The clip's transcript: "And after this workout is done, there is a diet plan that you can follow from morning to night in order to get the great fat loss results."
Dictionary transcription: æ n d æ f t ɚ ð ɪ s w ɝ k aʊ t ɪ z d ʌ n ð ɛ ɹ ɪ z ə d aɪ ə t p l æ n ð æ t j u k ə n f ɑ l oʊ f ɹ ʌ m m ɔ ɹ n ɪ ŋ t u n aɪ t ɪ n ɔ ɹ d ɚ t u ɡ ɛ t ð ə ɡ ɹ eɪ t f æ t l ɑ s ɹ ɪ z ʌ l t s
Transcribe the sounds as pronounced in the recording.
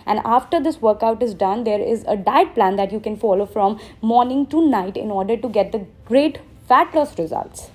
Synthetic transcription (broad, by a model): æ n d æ f t ɚ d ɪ s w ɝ k aʊ t ɪ z d ʌ n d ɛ ɹ ɪ z ə d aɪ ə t p l æ n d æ t j u k ə n f ɑ l oʊ f ɹ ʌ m m ɔ ɹ n ɪ ŋ t u n aɪ t ɪ n ɔ ɹ d ɚ t u ɡ ɛ t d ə ɡ ɹ eɪ t f æ t l ɑ s ɹ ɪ z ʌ l t s